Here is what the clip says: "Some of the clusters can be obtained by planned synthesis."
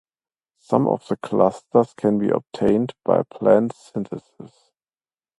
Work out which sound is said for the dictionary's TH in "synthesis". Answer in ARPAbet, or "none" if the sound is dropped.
T